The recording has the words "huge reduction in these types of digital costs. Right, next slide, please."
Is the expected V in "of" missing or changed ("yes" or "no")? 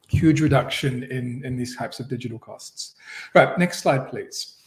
no